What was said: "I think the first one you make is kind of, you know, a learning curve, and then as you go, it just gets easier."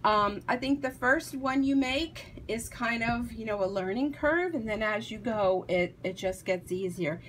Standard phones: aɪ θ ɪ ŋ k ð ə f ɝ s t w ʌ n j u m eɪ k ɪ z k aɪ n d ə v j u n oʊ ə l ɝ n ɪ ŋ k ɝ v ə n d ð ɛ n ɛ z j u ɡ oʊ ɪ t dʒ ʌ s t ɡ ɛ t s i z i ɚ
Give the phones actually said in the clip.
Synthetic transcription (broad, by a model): aɪ θ ɪ ŋ k ð ə f ɝ s t w ʌ n j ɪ m eɪ k ɪ z k aɪ n d ə v j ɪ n oʊ ə l ɝ n ɪ ŋ k ɝ v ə n ð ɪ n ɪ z j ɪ ɡ oʊ ɪ t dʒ ʌ s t ɡ ɛ t s i z i ɚ